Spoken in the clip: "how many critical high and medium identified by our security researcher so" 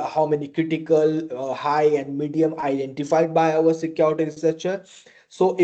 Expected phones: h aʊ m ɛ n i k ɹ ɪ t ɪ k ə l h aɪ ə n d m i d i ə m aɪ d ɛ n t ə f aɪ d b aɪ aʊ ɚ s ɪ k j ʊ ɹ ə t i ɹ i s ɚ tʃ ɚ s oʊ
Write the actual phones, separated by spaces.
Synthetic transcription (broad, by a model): h aʊ m ɛ n i k ɹ ɪ t ɪ k ə l h aɪ ə n d m i d i ə m aɪ d ɛ n t ə f aɪ d b aɪ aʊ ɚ s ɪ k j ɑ ə t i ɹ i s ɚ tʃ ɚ s oʊ